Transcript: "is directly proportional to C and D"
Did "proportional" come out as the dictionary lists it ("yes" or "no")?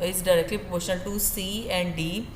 no